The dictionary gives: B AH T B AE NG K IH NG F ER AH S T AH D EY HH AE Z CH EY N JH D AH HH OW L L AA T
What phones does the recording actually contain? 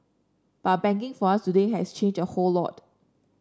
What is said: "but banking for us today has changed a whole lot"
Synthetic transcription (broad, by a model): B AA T B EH NG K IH NG F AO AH S T AH D EY HH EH S CH EY N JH AH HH OW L L AA T